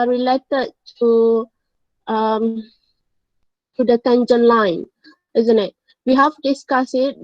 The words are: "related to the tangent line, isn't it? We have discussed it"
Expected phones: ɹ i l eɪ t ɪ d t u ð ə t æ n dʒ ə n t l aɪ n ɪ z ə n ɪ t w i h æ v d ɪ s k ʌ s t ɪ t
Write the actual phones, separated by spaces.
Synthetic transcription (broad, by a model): ɹ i l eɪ t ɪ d t u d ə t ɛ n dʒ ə n l aɪ n ɪ z ə n ɪ t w i h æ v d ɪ s k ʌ s ɪ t